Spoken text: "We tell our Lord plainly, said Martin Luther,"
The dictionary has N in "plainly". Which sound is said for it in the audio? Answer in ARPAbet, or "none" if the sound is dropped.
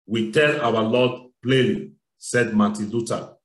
none